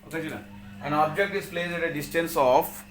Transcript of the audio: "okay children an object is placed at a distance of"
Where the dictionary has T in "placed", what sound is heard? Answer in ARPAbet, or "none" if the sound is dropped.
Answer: none